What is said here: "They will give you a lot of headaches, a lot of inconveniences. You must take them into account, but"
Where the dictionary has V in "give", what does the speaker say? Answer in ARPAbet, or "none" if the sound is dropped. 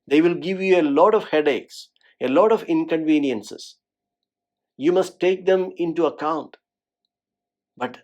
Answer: V